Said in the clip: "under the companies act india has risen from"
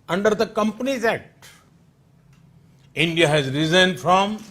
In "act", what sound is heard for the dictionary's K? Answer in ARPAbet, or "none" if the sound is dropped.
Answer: none